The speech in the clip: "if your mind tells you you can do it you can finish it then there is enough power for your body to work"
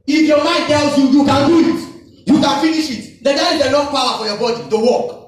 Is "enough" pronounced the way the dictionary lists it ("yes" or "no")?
no